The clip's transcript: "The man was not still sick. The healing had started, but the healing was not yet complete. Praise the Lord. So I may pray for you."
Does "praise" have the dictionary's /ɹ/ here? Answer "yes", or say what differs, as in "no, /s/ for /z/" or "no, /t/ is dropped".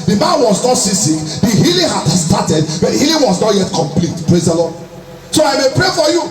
yes